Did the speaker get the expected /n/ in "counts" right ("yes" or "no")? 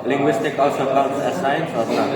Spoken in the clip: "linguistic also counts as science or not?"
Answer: no